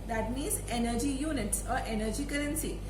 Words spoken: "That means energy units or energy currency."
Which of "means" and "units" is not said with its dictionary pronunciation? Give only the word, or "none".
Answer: means